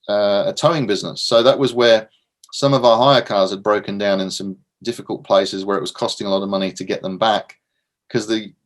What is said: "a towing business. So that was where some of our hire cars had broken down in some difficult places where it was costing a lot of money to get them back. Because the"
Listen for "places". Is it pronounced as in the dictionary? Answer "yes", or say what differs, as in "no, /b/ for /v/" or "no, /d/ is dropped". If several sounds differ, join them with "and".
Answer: yes